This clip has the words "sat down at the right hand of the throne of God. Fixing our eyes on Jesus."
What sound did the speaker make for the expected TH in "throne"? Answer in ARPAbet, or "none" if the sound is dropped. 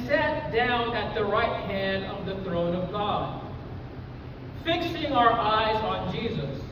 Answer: TH